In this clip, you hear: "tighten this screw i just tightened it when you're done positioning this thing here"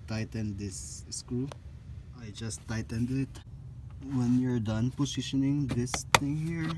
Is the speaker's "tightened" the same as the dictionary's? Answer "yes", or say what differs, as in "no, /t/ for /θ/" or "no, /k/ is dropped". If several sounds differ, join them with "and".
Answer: yes